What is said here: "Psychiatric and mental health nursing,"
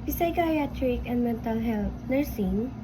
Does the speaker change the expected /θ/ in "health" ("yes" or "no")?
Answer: yes